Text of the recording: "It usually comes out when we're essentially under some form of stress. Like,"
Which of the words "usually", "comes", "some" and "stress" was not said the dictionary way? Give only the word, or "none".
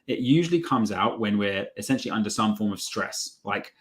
none